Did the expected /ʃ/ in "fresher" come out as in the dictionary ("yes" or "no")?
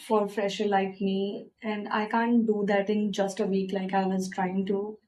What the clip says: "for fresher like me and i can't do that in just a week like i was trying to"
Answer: yes